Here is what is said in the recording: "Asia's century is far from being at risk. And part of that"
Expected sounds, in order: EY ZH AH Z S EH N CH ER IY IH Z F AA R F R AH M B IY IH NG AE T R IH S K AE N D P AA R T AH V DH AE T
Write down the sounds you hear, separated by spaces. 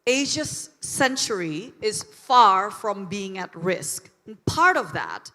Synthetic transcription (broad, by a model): EY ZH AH S EH N CH ER IY IH Z F AA R F R AH M B IY IH NG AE T R IH S K N P AA R T AH V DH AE T